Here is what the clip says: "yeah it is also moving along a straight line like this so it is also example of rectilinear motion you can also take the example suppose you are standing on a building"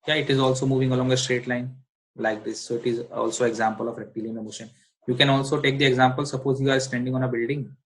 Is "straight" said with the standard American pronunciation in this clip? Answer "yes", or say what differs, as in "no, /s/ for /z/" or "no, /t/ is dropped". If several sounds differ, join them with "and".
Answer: yes